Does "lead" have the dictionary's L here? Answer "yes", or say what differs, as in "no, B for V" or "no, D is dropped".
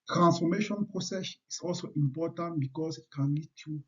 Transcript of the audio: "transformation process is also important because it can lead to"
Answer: no, N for L